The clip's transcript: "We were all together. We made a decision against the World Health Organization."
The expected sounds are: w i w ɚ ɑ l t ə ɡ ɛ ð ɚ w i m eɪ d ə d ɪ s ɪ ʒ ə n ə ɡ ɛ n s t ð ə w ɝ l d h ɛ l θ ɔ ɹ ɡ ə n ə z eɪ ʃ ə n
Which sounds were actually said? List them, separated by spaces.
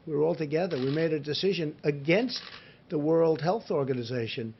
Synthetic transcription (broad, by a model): w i w ɚ ɑ l t ə ɡ ɛ ð ɚ w i m eɪ d ə d ɪ s ɪ ʒ ə n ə ɡ ɛ n s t ð ə w ɝ l d h ɛ l θ ɔ ɹ ɡ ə n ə z eɪ ʃ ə n